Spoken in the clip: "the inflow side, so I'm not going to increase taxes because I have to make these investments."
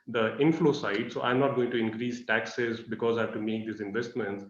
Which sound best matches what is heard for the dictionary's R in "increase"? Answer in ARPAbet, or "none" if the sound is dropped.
R